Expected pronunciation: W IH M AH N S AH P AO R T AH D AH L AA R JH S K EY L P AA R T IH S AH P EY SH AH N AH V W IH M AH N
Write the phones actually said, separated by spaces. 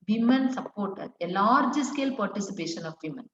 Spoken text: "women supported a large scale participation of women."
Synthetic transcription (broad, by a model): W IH M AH N S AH P AO R T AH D AH L AA R JH S K EY L P AA R T IH S AH P EY SH AH N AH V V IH M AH N